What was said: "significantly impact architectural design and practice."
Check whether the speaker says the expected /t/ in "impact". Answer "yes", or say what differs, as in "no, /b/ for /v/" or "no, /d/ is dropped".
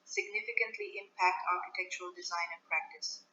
yes